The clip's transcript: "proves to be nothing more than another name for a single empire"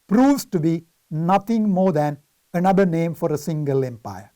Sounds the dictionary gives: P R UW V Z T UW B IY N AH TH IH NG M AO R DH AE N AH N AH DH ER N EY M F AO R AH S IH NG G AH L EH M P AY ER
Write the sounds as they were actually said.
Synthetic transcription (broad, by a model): P R UW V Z T UW B IY N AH T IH NG M AO R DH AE N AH N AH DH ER N EY M F AO R AH S IH NG G AH L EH M P AY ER